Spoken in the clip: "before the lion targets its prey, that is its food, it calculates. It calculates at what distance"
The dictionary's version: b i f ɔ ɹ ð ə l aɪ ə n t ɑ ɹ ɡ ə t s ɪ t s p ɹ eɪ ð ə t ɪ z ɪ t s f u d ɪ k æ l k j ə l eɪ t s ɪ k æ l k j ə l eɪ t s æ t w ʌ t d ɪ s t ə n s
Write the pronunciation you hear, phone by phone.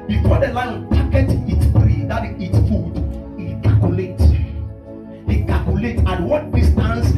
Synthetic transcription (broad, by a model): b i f ɔ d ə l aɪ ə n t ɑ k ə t ɪ t s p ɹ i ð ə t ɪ ɪ t s f u d ɪ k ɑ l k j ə l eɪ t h ɪ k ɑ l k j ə l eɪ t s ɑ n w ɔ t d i s t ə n s